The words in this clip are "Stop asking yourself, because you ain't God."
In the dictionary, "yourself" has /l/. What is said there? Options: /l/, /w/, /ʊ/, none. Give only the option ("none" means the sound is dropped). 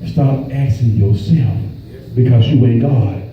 /l/